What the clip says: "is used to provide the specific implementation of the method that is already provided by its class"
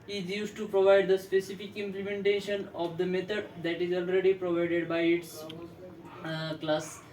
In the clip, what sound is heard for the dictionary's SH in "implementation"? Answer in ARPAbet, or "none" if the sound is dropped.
SH